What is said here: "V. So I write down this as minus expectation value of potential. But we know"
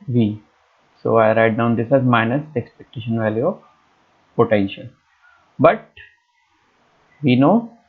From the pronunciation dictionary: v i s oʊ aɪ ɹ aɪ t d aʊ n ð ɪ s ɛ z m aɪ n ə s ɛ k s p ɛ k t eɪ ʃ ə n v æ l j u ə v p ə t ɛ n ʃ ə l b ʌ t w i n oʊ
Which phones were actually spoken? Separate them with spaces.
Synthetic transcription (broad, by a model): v i s oʊ aɪ ɹ aɪ t d aʊ n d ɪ s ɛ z m aɪ n ə s ɛ k s p ɛ k t eɪ ʃ ə n v æ l j u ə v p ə t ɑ ʃ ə n b ʌ t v i n oʊ